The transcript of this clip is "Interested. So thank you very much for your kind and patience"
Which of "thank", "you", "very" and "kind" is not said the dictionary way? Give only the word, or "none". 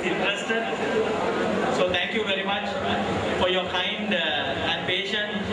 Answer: thank